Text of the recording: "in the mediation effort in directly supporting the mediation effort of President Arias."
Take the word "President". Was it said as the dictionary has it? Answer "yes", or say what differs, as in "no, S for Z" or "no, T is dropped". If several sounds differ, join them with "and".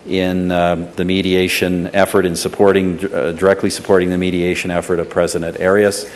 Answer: yes